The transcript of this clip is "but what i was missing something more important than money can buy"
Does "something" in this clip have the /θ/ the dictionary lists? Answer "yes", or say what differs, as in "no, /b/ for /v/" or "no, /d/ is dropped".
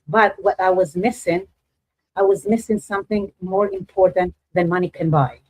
yes